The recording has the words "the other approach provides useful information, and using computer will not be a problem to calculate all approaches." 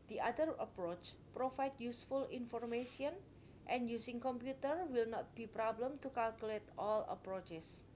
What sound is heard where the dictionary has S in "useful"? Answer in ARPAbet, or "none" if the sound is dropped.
S